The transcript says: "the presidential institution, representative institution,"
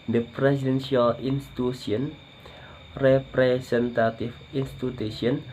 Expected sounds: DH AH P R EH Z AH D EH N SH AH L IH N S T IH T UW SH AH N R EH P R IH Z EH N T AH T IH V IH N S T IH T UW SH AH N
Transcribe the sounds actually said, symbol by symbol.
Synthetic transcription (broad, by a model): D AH P R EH S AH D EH N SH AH L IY N S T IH T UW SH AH N R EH P R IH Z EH N T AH T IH F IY N S T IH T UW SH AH N